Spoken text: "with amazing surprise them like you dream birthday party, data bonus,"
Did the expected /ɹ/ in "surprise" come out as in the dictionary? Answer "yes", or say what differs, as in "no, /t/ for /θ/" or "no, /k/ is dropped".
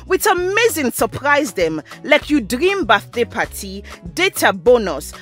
yes